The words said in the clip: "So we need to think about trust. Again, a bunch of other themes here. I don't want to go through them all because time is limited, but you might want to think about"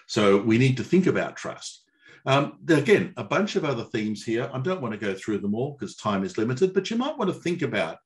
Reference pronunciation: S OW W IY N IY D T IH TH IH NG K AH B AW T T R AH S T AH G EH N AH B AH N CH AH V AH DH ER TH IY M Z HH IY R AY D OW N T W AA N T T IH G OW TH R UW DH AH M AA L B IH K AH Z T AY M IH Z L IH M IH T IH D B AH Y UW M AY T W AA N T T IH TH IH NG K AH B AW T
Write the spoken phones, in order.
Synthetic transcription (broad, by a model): S OW W IY N IY D T IH TH IH NG K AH B AW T T R AH S T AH G EH N AH B AH N CH AH V AH DH ER TH IY M Z HH IY R AY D OW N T W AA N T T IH G OW TH R UW DH AH M AA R K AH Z T AY M IH Z L IH M IH T IH D B AH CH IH M AY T W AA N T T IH TH IH NG K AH B AW T